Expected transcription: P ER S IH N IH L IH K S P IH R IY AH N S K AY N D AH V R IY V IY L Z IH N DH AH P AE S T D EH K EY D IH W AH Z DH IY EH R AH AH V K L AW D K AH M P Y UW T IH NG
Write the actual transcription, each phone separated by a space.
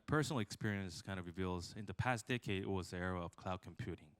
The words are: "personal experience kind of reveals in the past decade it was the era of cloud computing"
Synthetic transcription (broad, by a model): P ER S N L IH K S P IH R IY AH N S K AY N AH V R IY V IY L Z IH N DH AH P AE S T D EH K EY D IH W AH Z DH IY EH R AH AH V K L AW D K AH M P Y UW T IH NG